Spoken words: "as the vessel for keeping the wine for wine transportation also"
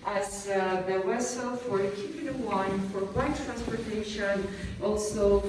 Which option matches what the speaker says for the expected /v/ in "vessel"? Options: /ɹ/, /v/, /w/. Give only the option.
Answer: /w/